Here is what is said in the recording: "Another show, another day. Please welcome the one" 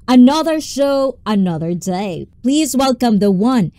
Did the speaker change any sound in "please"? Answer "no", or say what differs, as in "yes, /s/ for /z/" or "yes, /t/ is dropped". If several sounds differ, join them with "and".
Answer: no